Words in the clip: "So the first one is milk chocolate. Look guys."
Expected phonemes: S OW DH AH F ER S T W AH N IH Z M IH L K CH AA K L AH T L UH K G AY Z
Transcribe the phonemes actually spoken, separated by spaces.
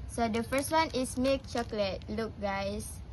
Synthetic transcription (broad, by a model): S OW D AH F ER S T W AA N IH S M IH K CH AA K L AH T L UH K G AY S